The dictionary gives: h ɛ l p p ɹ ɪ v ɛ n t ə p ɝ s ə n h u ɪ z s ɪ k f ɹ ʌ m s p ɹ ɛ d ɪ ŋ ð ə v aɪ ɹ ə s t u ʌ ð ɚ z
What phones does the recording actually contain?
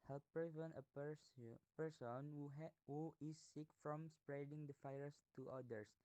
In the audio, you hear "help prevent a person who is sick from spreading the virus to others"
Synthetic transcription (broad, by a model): h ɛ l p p ɪ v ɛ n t ə p ɝ s ə n h u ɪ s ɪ k f ɹ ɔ m s p ɹ ɛ d ɪ ŋ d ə f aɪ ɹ s t u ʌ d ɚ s